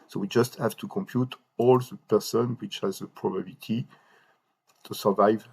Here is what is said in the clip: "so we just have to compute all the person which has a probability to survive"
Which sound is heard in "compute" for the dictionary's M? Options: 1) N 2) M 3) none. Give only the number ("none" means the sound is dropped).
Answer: 2